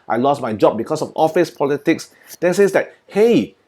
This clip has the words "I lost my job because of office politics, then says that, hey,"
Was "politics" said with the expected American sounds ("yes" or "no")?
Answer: yes